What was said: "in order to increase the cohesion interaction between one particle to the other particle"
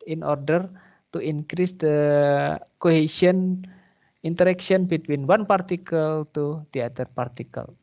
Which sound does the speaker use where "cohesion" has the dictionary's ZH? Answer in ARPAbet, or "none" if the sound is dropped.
S